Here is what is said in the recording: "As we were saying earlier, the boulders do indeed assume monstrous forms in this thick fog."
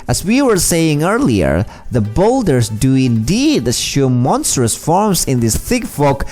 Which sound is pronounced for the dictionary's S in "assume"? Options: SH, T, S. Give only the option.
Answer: SH